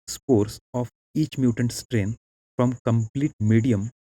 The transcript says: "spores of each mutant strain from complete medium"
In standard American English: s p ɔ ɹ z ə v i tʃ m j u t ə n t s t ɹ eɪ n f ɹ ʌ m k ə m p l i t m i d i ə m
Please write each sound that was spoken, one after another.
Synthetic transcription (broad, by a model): s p ɔ ɹ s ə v i tʃ m j u t ə n t s t ɹ eɪ n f ɹ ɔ m k ə m p l i t m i d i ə m